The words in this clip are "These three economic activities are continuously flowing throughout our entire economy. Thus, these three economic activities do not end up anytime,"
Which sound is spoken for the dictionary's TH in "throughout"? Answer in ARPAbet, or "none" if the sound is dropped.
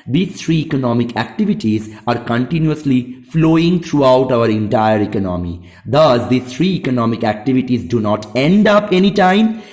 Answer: T